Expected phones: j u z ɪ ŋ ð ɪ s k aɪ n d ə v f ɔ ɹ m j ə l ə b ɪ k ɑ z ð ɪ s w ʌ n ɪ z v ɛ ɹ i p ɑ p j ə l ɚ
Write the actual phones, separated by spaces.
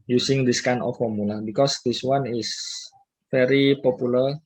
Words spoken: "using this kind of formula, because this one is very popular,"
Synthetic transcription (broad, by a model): j u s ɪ ŋ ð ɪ s k aɪ n ə f ɔ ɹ m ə l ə b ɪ k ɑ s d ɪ s w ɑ n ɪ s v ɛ ɹ i p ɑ p j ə l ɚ